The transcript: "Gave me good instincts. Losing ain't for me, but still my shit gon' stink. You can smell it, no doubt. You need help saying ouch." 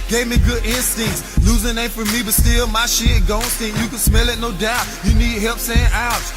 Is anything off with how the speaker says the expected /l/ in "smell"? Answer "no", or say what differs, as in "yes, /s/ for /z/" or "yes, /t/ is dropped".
no